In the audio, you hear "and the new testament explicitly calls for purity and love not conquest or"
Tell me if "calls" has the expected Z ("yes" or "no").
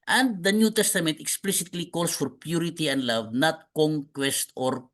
no